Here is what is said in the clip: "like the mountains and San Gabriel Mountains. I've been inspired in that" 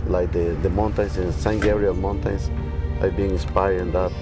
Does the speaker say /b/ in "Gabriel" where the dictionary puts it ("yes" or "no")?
no